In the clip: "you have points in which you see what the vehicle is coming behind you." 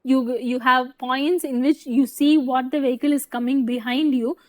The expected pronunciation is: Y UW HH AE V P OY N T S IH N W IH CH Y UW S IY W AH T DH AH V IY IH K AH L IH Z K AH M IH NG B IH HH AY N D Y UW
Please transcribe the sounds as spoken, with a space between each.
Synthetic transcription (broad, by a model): Y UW HH AE V P OY N T S IH N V IH CH Y UW S IY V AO T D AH V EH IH K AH L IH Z K AH M IH NG B IH HH AY N D Y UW